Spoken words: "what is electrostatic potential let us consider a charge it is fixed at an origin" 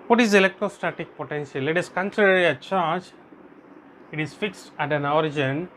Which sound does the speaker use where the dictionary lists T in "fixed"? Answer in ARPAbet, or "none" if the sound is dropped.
T